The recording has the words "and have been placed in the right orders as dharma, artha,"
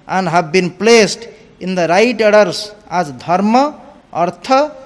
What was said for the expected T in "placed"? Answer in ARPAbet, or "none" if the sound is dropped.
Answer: T